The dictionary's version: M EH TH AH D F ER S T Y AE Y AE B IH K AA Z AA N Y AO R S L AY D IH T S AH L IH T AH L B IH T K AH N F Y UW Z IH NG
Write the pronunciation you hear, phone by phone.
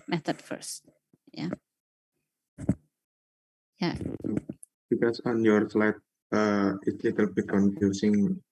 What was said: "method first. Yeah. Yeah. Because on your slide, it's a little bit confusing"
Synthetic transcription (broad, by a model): M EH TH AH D F ER S T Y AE Y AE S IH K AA S AA N Y AO R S L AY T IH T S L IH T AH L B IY K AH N F Y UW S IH NG